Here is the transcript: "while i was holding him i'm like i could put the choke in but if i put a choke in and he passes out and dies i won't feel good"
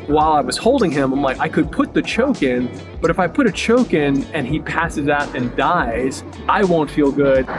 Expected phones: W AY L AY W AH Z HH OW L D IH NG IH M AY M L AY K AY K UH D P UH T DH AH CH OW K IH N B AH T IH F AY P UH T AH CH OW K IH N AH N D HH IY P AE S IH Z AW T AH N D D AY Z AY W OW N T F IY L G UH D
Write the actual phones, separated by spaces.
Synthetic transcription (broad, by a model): W AY L AY W AH Z HH OW L D IH NG IH M AY M L AY K AY K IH D P UH T DH AH CH OW K IH N B AH T IH F AY P UH T AH CH OW K IH N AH N IY P AE S IH Z AW T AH N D D AY Z AY W OW N T F IY L G UH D